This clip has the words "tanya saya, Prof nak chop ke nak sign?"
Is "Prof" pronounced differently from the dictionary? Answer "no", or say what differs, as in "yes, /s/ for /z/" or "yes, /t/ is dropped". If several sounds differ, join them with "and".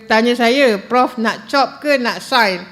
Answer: no